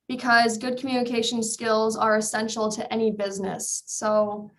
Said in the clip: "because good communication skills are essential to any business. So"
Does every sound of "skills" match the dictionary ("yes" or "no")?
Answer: yes